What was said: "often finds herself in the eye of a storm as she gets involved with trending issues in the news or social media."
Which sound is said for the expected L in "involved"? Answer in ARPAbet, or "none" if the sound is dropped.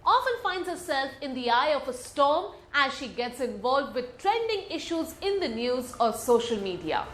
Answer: L